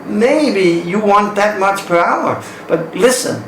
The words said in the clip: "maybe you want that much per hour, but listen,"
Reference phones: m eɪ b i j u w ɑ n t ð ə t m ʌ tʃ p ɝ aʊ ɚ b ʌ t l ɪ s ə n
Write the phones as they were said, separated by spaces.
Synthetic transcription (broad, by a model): m eɪ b i j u w ɑ n t ð ə t m ʌ tʃ p ɝ aʊ ɚ b ʌ t l ɪ s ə n